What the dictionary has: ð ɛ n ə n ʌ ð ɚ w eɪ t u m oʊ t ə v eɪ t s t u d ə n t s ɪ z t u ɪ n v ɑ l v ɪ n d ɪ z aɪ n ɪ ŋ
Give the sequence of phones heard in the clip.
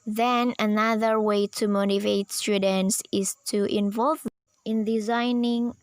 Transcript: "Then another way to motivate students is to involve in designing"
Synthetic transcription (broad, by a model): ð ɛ n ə n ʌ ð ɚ w eɪ t u m oʊ t ə v eɪ t s t u d ə n t s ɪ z t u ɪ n v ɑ l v ɪ n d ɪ z aɪ n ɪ ŋ